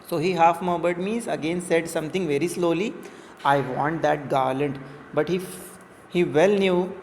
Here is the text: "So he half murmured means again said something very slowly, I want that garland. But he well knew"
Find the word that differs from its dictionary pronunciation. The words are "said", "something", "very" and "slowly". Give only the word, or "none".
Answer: something